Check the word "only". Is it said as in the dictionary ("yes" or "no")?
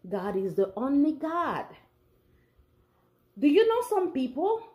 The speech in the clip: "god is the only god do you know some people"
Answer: yes